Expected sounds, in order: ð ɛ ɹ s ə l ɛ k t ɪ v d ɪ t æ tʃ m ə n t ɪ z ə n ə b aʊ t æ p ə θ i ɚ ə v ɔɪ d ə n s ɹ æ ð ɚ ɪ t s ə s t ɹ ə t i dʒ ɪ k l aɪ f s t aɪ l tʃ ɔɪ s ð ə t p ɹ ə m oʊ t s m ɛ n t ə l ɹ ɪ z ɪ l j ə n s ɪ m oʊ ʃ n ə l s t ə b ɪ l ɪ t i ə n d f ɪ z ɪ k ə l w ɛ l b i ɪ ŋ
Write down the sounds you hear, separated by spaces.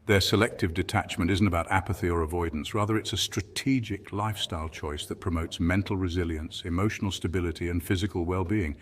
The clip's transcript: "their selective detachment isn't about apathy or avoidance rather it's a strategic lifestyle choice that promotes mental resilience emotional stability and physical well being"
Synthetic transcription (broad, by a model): ð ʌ ɹ s ə l ɛ k t ɪ v d ɪ t æ tʃ m ə n t ɪ z n ə b aʊ t æ p ə θ i ɚ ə v ɔɪ d n s ɹ æ ð ɚ ɪ t s ə s t ɹ ə t i dʒ ɪ k l aɪ f s t aɪ l tʃ ɔɪ s ð ə t p ɹ ə m oʊ t s m ɛ n t l ɹ ɪ z ɪ l j ə n s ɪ m oʊ ʃ n l s t ə b ɪ l ɪ t i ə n f ɪ z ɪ k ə l w ɛ l b i ɪ ŋ